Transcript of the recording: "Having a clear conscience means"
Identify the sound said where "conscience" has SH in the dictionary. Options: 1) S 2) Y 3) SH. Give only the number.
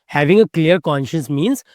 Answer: 3